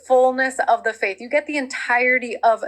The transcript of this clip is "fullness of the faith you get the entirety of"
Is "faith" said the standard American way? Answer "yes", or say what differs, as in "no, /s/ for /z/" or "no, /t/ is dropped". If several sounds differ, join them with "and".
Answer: yes